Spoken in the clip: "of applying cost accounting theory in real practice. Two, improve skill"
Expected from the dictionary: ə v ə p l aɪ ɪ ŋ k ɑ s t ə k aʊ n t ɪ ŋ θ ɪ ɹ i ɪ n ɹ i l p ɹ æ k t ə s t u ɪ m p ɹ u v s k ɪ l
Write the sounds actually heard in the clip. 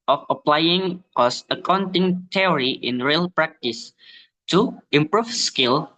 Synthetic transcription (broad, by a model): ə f ə p l aɪ ɪ ŋ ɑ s ə k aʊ n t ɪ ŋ t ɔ ɹ i ɪ n ɹ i l p ɹ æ k t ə s t u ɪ m p ɹ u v s k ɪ l